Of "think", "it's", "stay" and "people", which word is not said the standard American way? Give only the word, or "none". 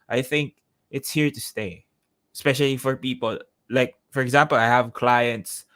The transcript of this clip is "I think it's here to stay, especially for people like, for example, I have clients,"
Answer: none